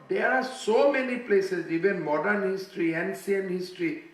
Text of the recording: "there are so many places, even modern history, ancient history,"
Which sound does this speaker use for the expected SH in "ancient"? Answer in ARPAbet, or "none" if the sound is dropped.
S